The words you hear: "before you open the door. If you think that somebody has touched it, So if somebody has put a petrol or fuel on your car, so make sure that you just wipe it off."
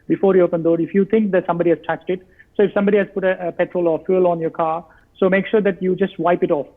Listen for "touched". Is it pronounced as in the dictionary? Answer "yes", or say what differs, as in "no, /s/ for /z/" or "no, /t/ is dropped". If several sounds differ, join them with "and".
no, /s/ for /tʃ/